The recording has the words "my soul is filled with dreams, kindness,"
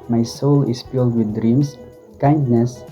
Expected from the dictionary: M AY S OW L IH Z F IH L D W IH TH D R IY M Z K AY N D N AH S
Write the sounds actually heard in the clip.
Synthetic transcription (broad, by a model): M AY S OW L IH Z F IH L D W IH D R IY M S K AY N D N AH S